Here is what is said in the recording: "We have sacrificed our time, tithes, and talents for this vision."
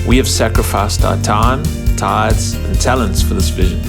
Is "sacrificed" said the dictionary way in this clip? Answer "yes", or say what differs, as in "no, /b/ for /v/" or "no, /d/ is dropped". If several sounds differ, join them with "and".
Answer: yes